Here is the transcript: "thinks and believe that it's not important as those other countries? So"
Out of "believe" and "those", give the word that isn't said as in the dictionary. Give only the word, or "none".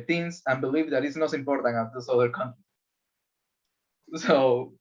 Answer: those